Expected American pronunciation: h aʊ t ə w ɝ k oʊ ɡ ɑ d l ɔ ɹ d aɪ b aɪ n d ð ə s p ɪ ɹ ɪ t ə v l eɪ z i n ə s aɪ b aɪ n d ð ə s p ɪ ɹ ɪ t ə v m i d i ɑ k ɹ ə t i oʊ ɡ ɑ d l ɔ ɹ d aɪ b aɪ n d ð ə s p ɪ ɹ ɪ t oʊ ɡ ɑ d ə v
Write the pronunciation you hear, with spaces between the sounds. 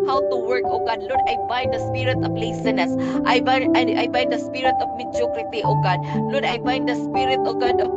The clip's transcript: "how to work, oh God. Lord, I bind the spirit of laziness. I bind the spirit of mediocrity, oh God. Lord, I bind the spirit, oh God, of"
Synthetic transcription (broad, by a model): h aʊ t ə w ɝ k oʊ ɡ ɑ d l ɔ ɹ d aɪ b aɪ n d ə s p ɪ ɹ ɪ t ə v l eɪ s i n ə s aɪ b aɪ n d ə s p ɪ ɹ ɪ t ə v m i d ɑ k ɹ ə t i oʊ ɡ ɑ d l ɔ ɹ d aɪ b aɪ n d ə s p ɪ ɹ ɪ t oʊ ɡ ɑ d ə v